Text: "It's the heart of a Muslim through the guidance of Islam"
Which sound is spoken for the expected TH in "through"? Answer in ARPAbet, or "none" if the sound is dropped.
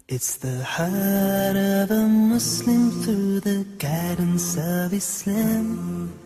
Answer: TH